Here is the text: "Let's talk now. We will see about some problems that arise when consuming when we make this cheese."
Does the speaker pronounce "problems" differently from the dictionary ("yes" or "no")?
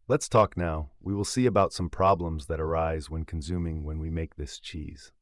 no